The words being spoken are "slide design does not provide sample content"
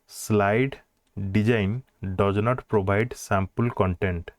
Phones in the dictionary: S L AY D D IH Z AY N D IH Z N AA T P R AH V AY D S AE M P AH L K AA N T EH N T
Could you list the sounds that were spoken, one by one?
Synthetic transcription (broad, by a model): S L AY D D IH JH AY N D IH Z N AA T P R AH B AY D S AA M P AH L K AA N T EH N T